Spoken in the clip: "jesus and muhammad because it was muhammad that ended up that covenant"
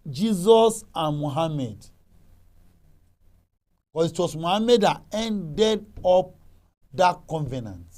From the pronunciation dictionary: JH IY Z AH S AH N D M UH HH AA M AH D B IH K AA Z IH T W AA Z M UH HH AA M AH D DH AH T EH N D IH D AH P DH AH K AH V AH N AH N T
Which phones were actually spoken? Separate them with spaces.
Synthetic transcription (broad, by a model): JH IY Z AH S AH N M UH HH AA M AH D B K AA S IH T W AA S M UH HH AA M AH D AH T EH N D IH D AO P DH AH K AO V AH N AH N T